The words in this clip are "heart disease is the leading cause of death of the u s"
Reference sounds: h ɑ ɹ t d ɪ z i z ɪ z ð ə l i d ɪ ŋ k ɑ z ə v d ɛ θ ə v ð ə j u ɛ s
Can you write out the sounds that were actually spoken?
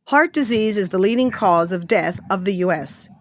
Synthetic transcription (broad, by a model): h ɑ ɹ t d ɪ z i z ɪ z ð ə l i d ɪ ŋ k ɑ z ə v d ɛ θ ə v ð ə j u ɛ s